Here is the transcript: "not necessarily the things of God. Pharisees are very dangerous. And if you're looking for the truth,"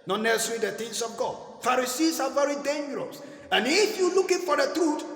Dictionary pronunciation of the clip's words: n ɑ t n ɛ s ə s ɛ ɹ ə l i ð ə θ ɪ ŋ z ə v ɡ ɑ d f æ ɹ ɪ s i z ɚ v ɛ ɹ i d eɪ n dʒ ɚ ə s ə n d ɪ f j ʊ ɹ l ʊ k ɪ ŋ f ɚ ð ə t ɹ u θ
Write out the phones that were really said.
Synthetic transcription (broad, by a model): n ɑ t n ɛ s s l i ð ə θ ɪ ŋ s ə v ɡ ɑ d f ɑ ɹ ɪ s i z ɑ v ɛ ɹ i d eɪ n dʒ ɚ ə s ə n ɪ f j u l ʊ k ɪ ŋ f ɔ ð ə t ɹ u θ